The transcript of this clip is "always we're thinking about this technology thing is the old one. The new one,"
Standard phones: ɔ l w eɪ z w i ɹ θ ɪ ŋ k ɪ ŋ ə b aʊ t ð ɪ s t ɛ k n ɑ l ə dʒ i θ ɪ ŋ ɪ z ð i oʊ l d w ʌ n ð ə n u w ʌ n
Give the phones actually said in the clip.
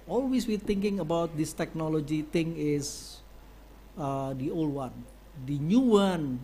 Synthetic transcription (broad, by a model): ɔ l w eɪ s w i ɹ t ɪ ŋ k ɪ ŋ ə b aʊ t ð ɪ s t ɛ k n ɑ l ə dʒ i t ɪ ŋ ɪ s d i oʊ l d w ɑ n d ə n u w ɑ n